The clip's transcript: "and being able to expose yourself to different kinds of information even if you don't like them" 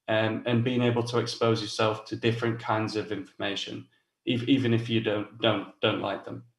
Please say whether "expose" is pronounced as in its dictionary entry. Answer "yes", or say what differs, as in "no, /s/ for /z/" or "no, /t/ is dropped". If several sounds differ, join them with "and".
yes